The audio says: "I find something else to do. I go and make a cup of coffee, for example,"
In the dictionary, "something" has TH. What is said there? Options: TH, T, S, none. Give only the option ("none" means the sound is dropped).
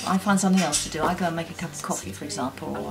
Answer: TH